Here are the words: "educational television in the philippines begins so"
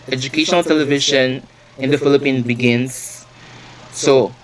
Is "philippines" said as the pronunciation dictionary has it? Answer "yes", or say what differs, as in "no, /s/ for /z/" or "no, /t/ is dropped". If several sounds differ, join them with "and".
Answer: no, /z/ is dropped